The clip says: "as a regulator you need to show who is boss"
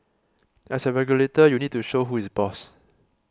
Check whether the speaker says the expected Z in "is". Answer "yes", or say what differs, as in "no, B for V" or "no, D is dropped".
no, S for Z